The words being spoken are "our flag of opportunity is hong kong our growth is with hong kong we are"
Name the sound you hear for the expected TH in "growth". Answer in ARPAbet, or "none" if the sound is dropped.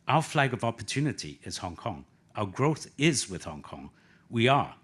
TH